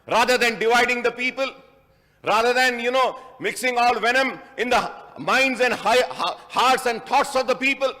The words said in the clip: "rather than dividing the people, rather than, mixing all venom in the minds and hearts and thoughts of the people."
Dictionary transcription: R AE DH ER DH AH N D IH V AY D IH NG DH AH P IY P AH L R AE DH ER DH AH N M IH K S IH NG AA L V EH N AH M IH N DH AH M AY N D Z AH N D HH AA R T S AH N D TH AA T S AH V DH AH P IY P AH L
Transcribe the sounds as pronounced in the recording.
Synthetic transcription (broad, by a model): R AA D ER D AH N D IH V AY D IH NG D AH P IY P AH L R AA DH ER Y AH N M IH K S IH NG AA L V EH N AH M IH N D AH M AY N D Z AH N D HH AA R T S AH N D T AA T S AH V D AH P IY P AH L